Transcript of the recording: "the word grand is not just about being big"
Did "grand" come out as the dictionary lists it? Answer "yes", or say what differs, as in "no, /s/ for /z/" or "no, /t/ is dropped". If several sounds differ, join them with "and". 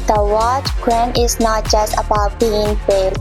no, /d/ is dropped